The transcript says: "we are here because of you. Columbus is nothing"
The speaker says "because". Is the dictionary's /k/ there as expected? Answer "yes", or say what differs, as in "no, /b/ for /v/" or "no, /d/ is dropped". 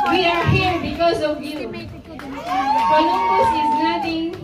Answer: yes